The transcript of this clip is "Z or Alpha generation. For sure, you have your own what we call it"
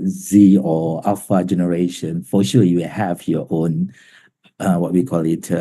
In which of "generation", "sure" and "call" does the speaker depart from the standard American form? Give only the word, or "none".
sure